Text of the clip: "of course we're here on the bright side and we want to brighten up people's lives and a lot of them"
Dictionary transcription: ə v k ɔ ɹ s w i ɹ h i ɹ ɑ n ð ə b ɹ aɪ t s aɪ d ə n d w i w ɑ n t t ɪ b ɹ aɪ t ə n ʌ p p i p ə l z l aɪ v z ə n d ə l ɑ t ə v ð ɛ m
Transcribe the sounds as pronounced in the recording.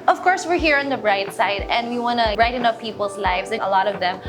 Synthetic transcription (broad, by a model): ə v k ɔ ɹ s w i ɹ h i ɹ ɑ n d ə b ɹ aɪ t s aɪ d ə n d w i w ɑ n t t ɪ ɹ aɪ t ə n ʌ f p i p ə l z l aɪ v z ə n ə l ɑ t ə v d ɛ m